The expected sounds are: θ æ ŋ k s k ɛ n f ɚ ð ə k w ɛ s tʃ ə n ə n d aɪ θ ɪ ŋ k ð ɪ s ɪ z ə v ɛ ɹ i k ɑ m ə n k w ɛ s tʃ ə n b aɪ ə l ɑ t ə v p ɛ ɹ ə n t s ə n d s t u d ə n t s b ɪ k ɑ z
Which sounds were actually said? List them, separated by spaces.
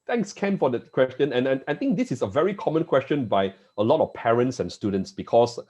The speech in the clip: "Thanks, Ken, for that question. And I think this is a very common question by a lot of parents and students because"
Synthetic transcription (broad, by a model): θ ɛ ŋ k s k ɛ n f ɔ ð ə k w ɛ s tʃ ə n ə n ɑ aɪ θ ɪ ŋ k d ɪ s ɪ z ə v ɛ ɹ i k ɑ m ə n k w ɛ s tʃ ə n b aɪ ə l ɑ t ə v p ɛ ɹ ə n t s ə n s t u d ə n t s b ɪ k ɑ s